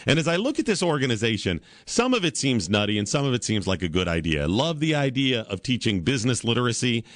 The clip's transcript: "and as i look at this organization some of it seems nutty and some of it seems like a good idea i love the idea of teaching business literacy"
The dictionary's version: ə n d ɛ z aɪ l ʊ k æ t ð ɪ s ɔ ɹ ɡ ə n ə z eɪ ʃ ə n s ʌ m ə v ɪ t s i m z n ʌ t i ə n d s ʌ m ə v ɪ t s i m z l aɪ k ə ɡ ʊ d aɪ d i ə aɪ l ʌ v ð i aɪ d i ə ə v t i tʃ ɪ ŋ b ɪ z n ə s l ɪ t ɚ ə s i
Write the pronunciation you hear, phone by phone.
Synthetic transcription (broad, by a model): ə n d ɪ z aɪ l ʊ k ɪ t ð ɪ s ɔ ɹ ɡ ə n ə z eɪ ʃ ə n s ʌ m ə v ɪ t s i m z n ʌ t i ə n s ʌ m ə v ɪ t s i m z l aɪ k ə ɡ ʊ d aɪ d i ə aɪ l ʌ v ð i aɪ d i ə ə v t i tʃ ɪ ŋ b ɪ z n ə s l ɪ t ɚ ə s i